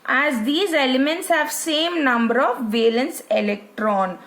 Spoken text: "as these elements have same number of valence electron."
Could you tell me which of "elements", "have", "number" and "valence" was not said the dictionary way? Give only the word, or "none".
none